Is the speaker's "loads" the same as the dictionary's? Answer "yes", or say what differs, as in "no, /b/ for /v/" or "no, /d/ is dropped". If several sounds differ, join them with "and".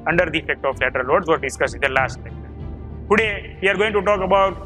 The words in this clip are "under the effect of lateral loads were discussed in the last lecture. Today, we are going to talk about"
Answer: no, /w/ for /l/